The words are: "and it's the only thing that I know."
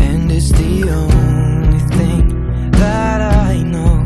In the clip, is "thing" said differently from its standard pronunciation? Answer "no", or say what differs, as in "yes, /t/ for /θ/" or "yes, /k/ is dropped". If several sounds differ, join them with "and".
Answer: no